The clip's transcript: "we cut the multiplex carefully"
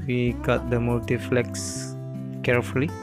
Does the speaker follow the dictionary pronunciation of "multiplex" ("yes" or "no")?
no